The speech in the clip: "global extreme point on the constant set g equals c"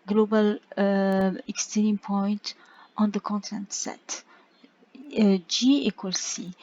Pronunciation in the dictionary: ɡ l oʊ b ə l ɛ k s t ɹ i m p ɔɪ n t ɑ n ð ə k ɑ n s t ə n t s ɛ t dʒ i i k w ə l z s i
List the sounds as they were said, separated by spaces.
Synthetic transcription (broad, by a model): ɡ l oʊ b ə l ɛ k s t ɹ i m p ɔɪ n t ɑ n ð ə k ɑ n t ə n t s ɛ t dʒ i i k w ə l s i